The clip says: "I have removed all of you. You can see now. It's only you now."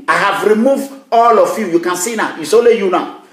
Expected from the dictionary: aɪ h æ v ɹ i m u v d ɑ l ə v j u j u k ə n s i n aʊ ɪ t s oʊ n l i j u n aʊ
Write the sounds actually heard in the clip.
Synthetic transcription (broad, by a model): aɪ h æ v ɹ i m u v d ɑ l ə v j u j u k ə n s i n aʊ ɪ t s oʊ l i j u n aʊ